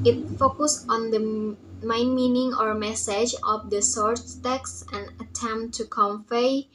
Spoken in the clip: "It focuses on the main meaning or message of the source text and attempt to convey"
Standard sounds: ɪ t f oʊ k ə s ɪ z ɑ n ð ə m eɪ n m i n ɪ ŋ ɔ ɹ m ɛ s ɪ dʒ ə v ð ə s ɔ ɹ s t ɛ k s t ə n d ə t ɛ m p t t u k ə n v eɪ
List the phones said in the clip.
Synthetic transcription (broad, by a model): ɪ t f oʊ k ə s ɑ n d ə m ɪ n m i n ɪ ŋ ɔ ɹ m ɛ s ɪ dʒ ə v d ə s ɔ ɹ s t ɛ k s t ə n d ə t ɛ m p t t u k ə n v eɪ